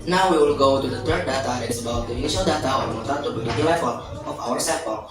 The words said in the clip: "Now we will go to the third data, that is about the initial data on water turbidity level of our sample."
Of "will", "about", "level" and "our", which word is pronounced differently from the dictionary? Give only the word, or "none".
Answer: level